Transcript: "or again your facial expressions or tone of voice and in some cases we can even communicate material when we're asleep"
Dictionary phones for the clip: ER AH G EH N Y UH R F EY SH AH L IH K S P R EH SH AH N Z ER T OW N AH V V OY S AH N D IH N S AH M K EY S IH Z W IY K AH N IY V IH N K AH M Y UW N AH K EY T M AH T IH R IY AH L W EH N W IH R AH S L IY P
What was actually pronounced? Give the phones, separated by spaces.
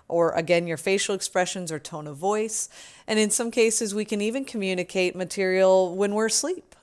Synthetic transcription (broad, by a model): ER AH G EH N Y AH R F EY SH L IH K S P R EH SH AH N Z ER T OW N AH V V OY S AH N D IH N S AH M K EY S IH Z W IY K AH N IY V IH N K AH M Y UW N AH K EY T M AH T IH R IY L W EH N W IH R S L IY P